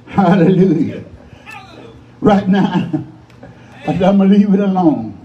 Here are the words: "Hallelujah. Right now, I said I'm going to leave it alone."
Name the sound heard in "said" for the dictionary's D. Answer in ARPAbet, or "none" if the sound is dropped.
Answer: none